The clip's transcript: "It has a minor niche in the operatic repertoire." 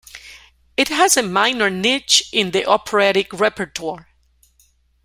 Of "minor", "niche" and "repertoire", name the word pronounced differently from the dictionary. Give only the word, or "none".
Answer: none